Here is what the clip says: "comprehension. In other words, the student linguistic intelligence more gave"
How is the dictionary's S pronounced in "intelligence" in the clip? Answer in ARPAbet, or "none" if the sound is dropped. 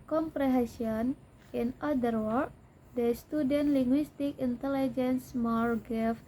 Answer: S